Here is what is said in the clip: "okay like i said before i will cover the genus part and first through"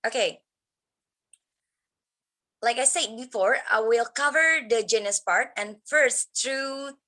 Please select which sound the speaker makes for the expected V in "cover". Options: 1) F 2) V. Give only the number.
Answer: 2